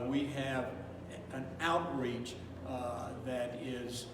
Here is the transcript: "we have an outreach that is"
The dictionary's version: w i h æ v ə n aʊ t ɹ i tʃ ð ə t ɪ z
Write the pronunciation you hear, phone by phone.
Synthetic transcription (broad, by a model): w i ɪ v ə n aʊ t ɹ i tʃ ð ə t ɪ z